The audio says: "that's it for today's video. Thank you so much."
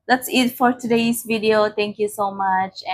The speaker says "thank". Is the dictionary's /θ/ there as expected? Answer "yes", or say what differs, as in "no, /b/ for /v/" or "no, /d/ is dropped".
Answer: no, /t/ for /θ/